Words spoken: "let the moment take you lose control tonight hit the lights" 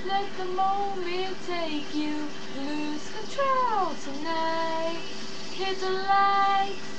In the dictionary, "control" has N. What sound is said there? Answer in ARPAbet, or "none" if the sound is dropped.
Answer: none